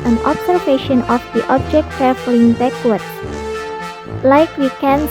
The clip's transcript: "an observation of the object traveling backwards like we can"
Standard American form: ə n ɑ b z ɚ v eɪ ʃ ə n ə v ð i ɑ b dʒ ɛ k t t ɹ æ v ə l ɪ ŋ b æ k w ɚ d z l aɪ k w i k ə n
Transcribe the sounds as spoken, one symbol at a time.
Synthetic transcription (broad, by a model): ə n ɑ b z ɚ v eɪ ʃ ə n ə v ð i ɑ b dʒ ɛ k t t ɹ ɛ f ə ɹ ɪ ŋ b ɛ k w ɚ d l aɪ k w i k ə n